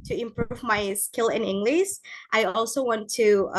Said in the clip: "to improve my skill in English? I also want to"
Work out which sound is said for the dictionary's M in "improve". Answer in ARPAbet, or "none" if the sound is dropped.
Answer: M